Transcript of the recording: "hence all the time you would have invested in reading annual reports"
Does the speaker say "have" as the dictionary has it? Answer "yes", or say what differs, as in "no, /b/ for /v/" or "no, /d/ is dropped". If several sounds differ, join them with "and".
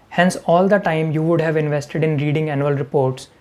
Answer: yes